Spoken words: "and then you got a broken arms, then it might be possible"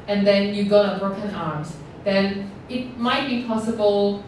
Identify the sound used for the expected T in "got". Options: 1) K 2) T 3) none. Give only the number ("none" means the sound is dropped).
3